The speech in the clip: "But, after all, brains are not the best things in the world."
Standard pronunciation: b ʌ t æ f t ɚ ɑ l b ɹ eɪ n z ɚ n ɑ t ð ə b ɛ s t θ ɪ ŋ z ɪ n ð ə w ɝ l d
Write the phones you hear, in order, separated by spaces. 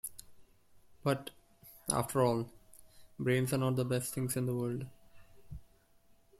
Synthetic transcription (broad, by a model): b ʌ t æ f t ɚ ɑ l b ɹ eɪ n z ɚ n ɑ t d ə b ɛ s t t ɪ ŋ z ɪ n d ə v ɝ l d